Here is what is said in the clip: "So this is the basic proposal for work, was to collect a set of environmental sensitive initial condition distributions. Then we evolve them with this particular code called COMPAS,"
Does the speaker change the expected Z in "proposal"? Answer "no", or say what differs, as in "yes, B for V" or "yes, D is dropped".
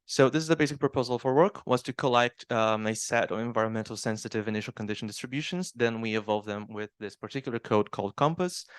no